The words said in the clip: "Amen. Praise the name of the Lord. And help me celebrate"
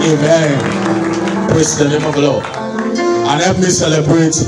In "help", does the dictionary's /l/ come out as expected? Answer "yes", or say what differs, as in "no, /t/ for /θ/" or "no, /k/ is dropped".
no, /l/ is dropped